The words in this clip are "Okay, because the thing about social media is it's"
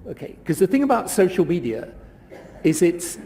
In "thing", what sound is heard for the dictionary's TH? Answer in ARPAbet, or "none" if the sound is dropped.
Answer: TH